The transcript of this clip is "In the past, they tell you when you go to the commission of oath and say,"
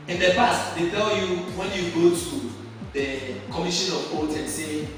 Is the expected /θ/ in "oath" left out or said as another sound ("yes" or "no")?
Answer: yes